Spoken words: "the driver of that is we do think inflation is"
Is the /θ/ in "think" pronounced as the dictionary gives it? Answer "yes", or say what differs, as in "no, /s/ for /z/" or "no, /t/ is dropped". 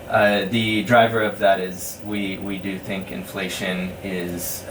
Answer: yes